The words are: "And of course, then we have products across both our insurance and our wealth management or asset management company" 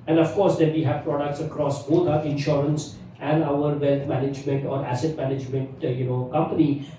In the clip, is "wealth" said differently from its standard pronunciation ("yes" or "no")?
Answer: yes